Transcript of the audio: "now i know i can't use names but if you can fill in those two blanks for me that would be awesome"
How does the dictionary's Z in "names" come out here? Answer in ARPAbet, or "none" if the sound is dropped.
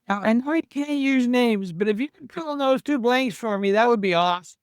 Z